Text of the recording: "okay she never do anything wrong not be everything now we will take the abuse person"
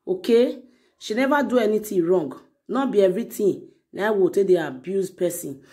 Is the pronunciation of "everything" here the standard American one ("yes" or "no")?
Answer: no